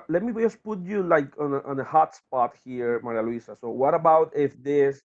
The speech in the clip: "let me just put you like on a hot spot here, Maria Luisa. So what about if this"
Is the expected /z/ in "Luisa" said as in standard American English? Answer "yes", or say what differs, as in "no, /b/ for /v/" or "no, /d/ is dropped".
no, /s/ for /z/